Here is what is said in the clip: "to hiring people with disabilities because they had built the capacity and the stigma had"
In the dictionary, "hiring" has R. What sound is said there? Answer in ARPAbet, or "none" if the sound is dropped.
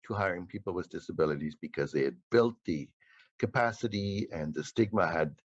R